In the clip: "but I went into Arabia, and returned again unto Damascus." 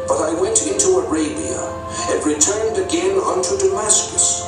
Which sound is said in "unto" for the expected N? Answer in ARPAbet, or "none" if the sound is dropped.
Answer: N